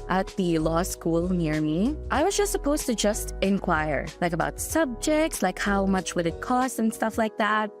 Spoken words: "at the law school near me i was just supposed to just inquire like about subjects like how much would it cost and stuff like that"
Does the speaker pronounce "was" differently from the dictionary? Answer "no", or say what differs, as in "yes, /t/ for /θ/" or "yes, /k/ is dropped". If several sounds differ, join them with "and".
no